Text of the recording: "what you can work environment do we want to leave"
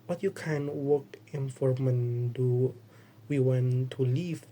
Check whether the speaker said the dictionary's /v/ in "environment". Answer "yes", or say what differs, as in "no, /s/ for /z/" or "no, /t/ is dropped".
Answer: no, /f/ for /v/